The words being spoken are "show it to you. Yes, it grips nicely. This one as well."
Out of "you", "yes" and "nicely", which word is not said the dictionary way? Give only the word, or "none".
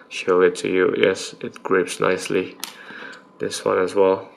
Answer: none